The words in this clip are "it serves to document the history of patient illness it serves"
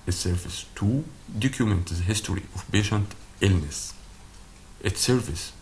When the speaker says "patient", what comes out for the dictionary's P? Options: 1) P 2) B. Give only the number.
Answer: 2